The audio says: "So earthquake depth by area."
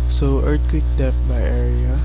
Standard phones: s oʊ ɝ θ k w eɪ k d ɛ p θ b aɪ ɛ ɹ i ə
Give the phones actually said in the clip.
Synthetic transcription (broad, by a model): s oʊ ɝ t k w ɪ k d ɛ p b aɪ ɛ ɹ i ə